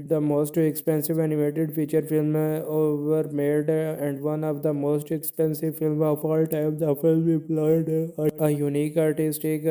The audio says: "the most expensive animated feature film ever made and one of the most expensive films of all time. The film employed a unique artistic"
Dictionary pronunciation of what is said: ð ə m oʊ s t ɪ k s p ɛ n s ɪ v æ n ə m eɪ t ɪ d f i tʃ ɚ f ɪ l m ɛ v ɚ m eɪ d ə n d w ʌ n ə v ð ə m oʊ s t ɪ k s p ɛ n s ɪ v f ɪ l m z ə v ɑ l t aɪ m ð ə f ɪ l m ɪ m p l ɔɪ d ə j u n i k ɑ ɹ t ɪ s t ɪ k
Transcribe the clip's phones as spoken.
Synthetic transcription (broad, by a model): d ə m oʊ s t ɪ k s p ɛ n s ɪ v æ n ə m eɪ t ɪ d f i tʃ ɚ f ɪ l m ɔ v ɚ m eɪ d ə n d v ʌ n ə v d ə m oʊ s t ɪ k s p ɛ n s ɪ v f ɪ l m ə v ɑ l t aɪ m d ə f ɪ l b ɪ p l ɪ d ə j u n i k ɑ ɹ t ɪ s t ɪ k